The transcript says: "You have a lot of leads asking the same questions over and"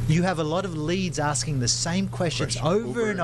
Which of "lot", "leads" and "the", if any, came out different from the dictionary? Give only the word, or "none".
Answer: none